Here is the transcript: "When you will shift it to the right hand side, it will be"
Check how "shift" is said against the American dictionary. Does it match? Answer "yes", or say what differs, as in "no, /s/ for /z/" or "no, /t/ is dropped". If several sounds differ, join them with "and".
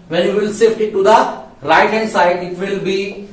no, /s/ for /ʃ/